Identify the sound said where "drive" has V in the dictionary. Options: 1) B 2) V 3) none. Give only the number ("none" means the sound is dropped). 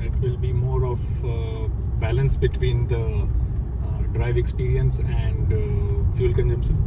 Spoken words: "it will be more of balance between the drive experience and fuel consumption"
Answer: 2